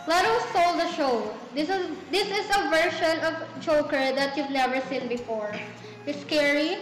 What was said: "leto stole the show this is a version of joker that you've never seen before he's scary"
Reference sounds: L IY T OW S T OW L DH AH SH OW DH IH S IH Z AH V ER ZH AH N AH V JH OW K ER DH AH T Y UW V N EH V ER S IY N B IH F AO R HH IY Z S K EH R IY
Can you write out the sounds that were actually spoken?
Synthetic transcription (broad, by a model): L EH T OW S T OW L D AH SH OW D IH S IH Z AH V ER SH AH N AH V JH OW K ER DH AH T Y UW V N EH V ER S IY N B IH F AO R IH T S K EH R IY